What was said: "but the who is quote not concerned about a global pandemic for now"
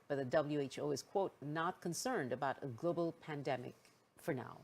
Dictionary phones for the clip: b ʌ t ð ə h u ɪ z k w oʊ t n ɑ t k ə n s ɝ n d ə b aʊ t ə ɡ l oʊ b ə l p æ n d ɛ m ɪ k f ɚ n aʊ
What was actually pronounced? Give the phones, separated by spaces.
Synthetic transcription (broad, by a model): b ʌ t ð ə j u ɪ z k w oʊ t n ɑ t k ə n s ɝ n d ə b aʊ t ə ɡ l oʊ b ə l p æ n d ɛ m ɪ k f ɚ n aʊ